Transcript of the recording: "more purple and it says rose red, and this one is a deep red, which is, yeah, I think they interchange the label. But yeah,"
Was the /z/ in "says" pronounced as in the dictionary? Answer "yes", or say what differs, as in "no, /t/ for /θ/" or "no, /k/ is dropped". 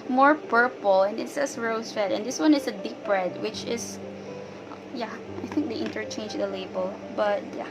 no, /s/ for /z/